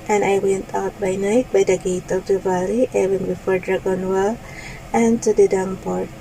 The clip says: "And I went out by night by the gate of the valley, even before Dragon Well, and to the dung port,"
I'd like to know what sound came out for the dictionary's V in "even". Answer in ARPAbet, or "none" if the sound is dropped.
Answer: W